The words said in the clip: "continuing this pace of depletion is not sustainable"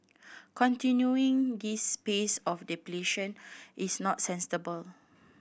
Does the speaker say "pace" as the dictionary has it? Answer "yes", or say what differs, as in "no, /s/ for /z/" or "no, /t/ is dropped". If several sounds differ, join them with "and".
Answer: yes